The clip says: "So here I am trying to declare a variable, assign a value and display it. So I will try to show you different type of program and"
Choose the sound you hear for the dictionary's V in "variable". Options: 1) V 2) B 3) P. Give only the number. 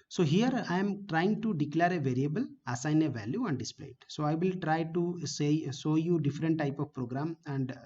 1